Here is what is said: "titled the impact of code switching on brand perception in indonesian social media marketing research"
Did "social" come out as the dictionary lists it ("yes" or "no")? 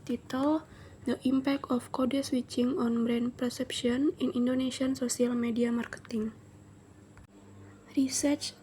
no